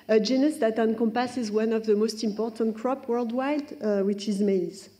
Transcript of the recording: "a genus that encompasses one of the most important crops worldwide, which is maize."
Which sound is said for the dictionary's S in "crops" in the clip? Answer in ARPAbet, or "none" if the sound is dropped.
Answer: none